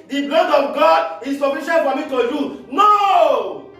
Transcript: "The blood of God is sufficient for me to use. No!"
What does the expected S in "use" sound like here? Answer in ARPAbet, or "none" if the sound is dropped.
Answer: none